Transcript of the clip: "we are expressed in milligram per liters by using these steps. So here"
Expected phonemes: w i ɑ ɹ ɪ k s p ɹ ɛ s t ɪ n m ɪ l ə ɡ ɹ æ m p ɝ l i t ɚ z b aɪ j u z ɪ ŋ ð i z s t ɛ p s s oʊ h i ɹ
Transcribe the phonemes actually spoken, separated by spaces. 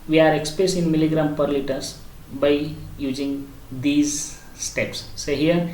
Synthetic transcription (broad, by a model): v i ɑ ɹ ɪ k s p ɹ ɛ s t ɪ n m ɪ l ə ɡ ɹ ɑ m p ɝ l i t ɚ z b aɪ j u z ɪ ŋ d i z s t ɛ p s s oʊ h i ɹ